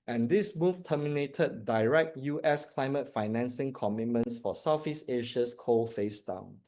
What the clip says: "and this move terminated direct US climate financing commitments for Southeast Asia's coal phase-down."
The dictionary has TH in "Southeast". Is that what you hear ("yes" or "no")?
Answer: no